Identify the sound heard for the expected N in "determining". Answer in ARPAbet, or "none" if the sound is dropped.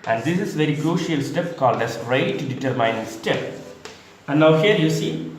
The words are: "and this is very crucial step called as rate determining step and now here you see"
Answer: none